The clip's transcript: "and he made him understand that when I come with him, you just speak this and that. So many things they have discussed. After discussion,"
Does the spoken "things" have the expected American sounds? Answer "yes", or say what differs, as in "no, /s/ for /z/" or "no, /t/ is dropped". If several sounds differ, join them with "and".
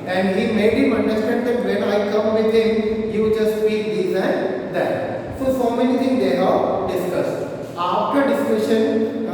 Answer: no, /t/ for /θ/